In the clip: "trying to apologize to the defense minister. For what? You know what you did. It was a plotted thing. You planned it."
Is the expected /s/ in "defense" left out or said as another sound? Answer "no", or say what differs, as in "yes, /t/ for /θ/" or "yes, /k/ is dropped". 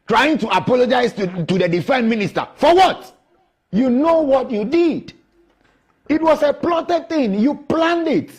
yes, /s/ is dropped